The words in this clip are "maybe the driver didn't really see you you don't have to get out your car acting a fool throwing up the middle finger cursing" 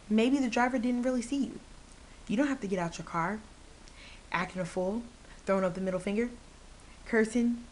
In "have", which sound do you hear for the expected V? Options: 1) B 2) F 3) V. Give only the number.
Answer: 2